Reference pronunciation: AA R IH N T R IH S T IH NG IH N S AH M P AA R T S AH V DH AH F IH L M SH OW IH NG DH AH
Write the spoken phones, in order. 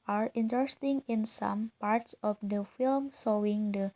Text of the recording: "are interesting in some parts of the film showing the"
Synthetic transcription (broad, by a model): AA R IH N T R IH S T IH NG IH N S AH M P AA R T S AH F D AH F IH L M S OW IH NG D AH